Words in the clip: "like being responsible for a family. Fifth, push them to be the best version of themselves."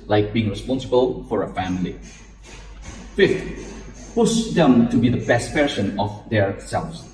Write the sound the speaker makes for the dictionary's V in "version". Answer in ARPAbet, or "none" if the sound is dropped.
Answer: P